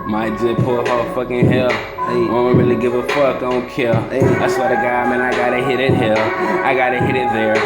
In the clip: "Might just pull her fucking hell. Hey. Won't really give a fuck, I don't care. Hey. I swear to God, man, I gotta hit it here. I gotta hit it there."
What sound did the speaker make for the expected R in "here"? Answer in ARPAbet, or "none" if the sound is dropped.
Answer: L